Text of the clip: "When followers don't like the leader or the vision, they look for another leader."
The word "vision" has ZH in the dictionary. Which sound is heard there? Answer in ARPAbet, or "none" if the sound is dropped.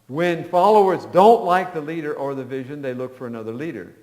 ZH